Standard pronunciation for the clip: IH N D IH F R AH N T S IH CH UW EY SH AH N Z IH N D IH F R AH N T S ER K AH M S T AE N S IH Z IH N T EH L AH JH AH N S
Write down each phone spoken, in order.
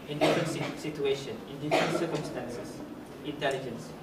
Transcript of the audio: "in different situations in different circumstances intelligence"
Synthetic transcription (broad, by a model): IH N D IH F R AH N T S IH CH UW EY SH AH N IH N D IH F R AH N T S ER K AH M S T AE N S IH S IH N T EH L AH JH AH N S